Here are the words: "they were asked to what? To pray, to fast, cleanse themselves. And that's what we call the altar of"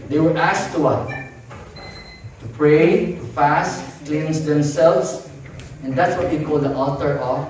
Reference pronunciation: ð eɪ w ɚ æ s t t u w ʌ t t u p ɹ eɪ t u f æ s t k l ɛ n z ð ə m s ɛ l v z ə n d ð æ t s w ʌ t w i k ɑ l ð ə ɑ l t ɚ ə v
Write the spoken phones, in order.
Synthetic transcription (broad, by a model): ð eɪ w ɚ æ s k t u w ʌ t t u p ɹ eɪ t u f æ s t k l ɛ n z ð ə m s ɛ l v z ə n d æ t s w ʌ t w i k ɑ l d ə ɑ t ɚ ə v